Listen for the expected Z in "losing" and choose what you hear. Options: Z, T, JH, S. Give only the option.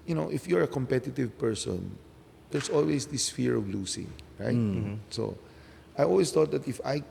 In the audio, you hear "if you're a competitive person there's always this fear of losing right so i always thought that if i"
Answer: S